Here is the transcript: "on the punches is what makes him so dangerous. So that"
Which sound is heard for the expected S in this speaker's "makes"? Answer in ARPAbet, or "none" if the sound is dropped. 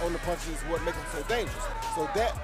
none